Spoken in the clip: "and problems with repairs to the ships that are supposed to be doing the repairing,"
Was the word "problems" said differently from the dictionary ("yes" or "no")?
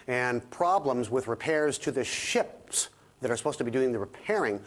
no